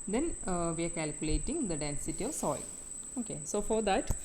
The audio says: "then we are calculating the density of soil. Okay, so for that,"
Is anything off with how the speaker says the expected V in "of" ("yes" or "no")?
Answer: no